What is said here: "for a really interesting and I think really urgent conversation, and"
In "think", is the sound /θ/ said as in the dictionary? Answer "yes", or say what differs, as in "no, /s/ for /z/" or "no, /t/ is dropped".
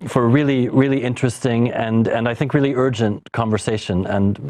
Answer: yes